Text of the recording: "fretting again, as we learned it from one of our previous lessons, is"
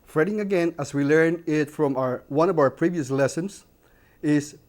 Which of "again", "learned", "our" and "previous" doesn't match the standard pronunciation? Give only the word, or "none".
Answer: learned